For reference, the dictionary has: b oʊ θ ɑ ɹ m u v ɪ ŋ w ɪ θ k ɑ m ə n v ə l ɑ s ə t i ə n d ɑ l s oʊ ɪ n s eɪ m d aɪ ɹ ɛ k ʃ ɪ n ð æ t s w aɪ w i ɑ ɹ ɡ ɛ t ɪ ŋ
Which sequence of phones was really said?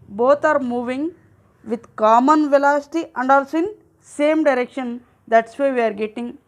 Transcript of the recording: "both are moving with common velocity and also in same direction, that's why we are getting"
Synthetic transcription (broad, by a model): b oʊ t ɑ ɹ m u v ɪ ŋ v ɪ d k ɑ m ə n v ə l ɑ s ə t i ə n d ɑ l s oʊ ɪ n s eɪ m d aɪ ɹ ɛ k ʃ ɪ n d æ t s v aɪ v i ɑ ɹ ɡ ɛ t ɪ ŋ